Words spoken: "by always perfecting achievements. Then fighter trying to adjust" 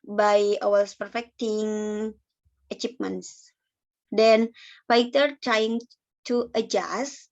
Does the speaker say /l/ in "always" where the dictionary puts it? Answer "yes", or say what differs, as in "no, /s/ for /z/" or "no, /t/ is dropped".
no, /l/ is dropped